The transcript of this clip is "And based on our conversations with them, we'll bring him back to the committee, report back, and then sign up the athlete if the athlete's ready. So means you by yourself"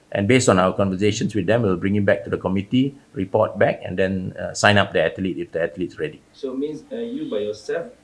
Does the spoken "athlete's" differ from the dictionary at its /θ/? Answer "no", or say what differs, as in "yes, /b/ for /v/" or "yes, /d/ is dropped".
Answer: yes, /t/ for /θ/